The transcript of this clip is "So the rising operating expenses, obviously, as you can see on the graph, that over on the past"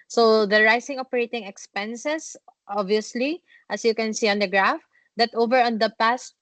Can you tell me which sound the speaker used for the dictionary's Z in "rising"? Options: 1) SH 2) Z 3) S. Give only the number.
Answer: 3